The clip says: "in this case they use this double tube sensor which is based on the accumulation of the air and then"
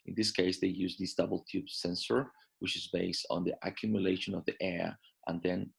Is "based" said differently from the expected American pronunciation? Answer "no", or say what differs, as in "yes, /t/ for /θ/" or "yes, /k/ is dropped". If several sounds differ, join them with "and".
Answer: no